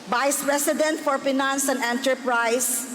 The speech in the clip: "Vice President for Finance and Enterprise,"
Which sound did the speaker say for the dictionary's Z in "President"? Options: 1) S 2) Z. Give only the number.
1